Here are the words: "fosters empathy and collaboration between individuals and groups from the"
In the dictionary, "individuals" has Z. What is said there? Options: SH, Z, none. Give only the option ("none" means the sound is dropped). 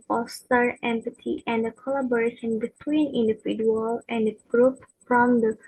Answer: none